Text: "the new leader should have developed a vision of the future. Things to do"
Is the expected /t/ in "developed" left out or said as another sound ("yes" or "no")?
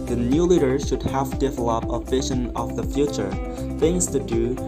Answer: yes